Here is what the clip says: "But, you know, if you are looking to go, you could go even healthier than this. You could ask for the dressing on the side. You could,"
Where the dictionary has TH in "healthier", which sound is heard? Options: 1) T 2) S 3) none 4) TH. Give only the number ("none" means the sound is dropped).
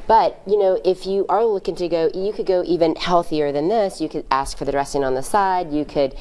4